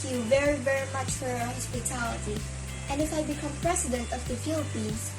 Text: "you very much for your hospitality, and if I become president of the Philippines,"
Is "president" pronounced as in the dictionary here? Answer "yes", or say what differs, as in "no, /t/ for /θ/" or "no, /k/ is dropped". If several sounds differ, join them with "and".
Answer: no, /s/ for /z/